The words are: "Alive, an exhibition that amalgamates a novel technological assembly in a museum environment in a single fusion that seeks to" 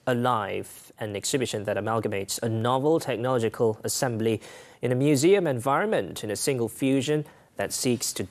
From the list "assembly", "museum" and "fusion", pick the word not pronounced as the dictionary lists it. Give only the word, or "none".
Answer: none